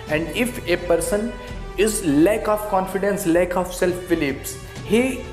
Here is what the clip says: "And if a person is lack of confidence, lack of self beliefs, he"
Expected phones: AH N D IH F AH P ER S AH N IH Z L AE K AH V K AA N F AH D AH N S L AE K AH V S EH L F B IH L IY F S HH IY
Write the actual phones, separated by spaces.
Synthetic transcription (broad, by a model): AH N D IH F AH P ER S AH N IH Z L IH K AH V K AA N F AH D AH N S L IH K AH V S EH L F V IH L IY P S HH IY